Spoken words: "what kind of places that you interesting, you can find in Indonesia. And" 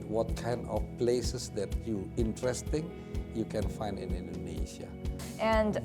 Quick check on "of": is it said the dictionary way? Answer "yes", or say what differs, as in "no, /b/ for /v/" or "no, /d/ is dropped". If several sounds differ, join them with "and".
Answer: no, /f/ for /v/